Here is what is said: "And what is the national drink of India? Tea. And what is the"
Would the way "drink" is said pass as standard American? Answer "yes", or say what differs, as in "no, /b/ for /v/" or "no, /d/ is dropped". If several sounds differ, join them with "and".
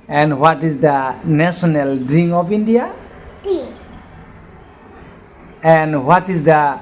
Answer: no, /k/ is dropped